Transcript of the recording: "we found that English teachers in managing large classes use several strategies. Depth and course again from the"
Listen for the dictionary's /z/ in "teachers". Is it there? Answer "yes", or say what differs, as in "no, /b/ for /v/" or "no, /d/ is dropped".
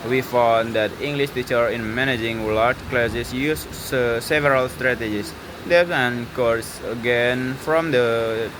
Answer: no, /z/ is dropped